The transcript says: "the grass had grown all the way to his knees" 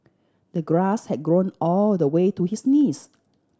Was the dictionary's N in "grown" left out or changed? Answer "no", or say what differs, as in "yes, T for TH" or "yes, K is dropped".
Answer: no